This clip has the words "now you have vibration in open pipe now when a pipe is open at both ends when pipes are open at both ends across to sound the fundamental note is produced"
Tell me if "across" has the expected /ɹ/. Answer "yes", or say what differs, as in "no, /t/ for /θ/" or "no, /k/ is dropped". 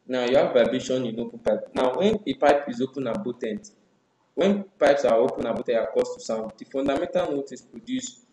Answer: no, /ɹ/ is dropped